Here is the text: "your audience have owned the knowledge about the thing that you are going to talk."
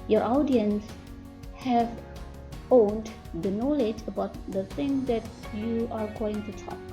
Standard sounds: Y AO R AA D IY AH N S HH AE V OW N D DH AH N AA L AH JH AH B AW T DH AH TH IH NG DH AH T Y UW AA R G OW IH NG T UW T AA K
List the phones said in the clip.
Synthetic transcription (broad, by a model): Y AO R AA D IY AH N S HH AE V OW N D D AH N AA L AH JH AH B AW T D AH T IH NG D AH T Y UW AA R G OW IH NG T UW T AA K